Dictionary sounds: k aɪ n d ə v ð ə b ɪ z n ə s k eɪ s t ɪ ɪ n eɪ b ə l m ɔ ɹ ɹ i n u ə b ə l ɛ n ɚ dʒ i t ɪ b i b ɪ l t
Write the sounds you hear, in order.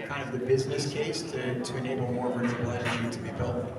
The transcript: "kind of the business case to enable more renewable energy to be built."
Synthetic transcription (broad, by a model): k aɪ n d ə v ð ə b ɪ z n ə s k eɪ s t ɪ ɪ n eɪ b l m ɔ ɹ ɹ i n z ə ə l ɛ ɪ i t ɪ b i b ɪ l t